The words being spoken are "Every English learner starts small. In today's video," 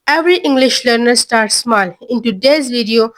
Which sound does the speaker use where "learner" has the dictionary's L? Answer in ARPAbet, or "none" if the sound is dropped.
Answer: L